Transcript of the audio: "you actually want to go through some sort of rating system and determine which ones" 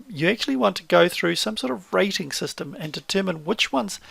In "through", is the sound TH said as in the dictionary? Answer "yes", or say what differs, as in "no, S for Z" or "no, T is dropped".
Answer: yes